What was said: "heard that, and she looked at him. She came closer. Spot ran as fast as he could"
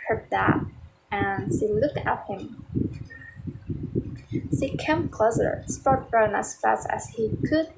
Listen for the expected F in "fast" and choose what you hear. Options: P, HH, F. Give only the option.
F